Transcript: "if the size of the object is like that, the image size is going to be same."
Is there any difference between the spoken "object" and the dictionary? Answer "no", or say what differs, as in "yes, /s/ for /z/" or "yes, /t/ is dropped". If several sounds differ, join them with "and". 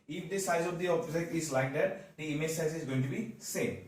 yes, /t/ is dropped